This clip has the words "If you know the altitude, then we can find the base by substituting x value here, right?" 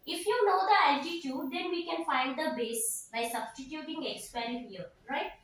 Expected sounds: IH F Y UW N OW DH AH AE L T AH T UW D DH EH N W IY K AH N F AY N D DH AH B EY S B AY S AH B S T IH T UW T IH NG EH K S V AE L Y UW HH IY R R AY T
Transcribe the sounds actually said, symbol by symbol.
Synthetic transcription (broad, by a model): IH F Y UW N OW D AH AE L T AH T UW D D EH N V IY K AH N F AY N D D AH B EY S B AY S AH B S T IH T UW T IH NG EH K S P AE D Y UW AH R R AY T